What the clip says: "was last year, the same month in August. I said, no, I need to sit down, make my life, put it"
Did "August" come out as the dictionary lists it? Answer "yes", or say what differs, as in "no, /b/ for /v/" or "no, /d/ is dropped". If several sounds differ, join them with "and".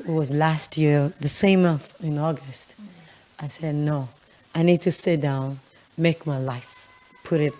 yes